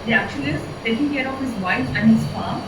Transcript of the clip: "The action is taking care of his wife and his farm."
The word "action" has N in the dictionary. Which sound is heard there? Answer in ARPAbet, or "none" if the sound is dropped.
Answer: L